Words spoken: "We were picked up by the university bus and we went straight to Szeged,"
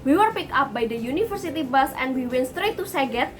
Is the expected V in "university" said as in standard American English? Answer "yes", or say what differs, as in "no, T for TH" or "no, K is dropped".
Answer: no, F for V